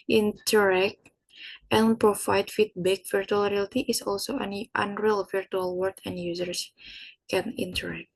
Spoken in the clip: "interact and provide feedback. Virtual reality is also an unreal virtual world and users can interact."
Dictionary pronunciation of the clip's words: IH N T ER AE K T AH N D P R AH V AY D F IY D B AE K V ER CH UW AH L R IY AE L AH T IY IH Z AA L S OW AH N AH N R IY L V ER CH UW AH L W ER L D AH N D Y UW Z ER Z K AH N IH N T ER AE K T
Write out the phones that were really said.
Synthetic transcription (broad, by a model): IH N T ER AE K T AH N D P R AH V AY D F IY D B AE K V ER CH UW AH L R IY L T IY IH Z AA L S OW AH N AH N R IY L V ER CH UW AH L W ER D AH N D Y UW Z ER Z K AH N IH N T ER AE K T